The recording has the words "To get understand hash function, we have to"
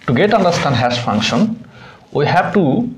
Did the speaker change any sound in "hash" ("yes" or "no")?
yes